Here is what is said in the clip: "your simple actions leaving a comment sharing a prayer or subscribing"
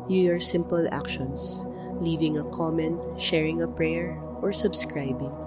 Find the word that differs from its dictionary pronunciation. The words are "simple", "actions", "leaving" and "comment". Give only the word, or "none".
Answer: actions